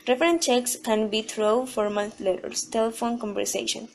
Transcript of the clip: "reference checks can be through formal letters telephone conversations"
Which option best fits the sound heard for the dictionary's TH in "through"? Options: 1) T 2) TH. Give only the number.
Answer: 1